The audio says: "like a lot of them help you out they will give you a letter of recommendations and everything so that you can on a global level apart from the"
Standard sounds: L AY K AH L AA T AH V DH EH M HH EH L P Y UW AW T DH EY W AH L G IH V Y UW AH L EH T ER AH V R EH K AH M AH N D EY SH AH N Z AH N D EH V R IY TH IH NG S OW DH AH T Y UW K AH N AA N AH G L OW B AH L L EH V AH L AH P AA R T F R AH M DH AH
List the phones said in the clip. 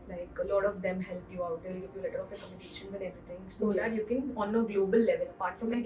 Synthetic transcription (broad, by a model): L AY K AH L AA T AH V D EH M HH EH L P Y UW AW T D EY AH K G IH F Y UW L EH T ER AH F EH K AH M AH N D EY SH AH N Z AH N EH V R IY T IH NG S OW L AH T Y UW K AH N AA N AH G L OW B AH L L EH V AH L AH P AA R T F R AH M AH